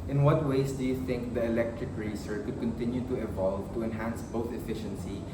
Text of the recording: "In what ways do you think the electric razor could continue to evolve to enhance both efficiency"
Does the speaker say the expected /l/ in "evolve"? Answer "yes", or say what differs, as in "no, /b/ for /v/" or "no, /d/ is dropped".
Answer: yes